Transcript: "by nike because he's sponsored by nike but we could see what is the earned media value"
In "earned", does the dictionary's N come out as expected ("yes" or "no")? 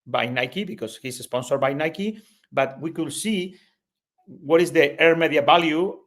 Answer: no